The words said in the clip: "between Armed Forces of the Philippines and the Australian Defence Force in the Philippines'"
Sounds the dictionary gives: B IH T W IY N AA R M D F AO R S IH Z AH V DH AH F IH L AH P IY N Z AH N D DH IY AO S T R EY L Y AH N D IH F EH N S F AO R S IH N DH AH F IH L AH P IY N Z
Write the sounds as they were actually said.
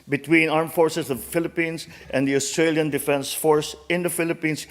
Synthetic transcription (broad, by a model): B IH T W IY N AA R M F AO R S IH S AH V F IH L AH P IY N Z AH N D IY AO S T R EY L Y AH N D IH F EH N S F AO R S IH N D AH F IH L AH P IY N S